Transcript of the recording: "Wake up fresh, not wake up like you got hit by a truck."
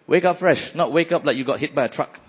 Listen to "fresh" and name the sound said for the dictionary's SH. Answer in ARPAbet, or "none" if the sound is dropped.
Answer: SH